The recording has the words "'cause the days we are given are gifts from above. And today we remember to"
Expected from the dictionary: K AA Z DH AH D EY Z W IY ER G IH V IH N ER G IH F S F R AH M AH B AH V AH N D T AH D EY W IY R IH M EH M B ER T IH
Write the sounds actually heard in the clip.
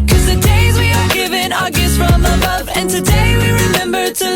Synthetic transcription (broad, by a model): K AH Z DH AH D EY Z W IY ER G IH V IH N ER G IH S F R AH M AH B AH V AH N T AH D EY W IY R IH M EH M B ER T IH